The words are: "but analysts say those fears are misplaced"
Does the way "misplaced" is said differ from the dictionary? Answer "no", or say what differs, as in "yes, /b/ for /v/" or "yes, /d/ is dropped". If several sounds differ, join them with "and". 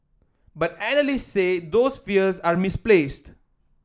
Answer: no